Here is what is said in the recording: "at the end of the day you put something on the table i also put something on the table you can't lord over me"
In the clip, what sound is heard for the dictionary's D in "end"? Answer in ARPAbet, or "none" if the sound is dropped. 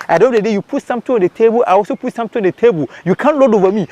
none